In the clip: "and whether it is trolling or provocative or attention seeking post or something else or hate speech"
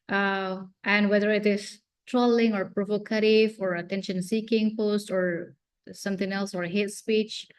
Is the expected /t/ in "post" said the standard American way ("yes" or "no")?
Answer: yes